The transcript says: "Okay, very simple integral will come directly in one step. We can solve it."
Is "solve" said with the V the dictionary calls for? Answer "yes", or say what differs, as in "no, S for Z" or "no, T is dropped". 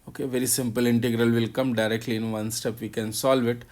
yes